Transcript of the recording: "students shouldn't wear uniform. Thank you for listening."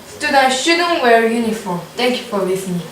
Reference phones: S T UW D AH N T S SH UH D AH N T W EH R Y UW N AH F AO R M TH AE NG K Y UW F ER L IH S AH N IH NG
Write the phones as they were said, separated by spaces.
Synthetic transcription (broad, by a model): S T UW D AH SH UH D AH N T W EH R Y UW N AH F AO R M T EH NG K Y UW F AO L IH S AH N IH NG